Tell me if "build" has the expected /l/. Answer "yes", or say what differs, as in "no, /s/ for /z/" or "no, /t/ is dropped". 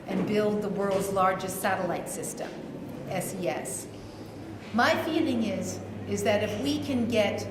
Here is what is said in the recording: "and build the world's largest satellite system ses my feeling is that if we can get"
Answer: yes